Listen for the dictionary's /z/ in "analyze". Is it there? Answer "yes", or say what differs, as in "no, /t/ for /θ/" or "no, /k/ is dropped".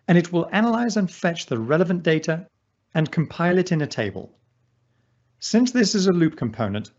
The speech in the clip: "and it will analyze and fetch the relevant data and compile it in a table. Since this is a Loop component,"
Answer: yes